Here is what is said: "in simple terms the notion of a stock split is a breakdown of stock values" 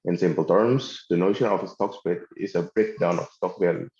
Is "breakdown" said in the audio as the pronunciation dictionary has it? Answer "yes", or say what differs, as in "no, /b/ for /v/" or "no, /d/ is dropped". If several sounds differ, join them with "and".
yes